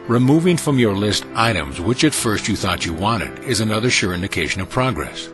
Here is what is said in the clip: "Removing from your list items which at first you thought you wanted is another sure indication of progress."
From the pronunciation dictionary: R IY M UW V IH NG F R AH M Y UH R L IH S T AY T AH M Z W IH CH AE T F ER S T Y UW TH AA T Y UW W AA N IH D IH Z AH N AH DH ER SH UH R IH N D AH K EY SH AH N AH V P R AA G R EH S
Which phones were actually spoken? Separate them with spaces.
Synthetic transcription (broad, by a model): R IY M UW V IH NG F R AH M Y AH R L IH S T AY T AH M Z W IH CH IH T F ER S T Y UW TH AA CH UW W AA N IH D IH Z AH N AH DH ER SH UH R IH N D AH K EY SH AH N AH V P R AA G R EH S